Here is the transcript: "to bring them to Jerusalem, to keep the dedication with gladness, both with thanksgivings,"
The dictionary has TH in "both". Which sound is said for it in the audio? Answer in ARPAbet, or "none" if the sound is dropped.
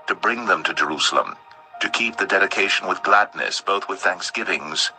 TH